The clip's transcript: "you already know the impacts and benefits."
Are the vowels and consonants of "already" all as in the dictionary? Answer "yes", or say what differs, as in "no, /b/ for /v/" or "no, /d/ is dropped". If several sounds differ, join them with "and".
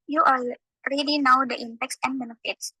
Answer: yes